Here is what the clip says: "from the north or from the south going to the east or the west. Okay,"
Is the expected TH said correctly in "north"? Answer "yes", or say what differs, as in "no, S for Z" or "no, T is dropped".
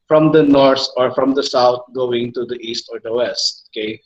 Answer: no, T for TH